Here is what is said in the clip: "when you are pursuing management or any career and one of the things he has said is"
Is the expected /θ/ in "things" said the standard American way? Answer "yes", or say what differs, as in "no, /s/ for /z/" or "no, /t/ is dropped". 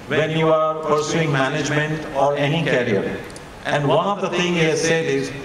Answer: no, /t/ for /θ/